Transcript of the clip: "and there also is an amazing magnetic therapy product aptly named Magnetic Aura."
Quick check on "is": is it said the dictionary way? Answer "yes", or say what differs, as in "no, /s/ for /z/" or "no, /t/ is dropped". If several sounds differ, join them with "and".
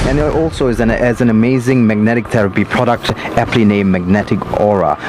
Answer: yes